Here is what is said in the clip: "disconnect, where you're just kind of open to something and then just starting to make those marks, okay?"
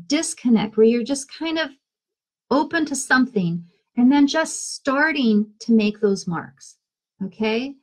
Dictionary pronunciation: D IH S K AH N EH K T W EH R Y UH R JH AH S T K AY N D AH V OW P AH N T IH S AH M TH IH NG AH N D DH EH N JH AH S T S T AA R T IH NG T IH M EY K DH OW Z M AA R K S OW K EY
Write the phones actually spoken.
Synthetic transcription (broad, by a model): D IH S K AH N EH K T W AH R Y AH R JH AH S K AY N D AH V OW P AH N T IH S AH M TH IH NG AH N DH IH N JH AH S T S T AA R T IH NG T IH M EY K DH OW Z M AA R K S OW K EY